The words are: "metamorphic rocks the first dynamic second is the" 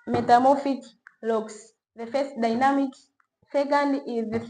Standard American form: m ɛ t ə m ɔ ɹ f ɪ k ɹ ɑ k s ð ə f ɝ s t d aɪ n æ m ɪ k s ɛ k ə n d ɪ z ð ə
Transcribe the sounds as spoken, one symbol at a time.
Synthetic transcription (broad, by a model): m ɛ t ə m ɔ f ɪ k l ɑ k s ð ə f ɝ s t d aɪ n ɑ m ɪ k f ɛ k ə n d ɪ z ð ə